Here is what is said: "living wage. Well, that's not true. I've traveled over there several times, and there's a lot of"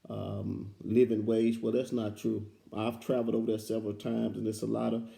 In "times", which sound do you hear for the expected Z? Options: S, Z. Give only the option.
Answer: Z